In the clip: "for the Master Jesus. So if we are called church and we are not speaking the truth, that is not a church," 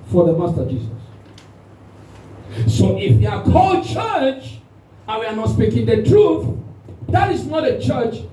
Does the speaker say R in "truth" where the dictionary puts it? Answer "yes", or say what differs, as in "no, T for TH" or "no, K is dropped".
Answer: yes